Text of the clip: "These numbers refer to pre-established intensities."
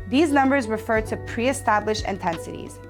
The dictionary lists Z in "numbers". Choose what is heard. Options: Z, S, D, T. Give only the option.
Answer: Z